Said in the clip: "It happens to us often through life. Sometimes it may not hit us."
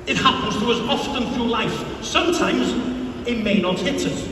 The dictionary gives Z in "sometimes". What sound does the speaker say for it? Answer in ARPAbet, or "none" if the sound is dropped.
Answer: Z